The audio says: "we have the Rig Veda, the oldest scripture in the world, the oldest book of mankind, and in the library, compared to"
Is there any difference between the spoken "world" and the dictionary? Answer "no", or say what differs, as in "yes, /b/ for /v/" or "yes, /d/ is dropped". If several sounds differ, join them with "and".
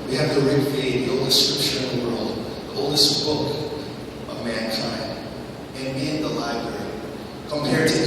no